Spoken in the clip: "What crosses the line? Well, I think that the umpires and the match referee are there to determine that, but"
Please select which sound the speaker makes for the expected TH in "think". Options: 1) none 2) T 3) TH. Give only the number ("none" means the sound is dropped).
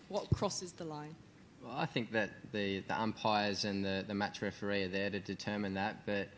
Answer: 3